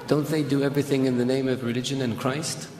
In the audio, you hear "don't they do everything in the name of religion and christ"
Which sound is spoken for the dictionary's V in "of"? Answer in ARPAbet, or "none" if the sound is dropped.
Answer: V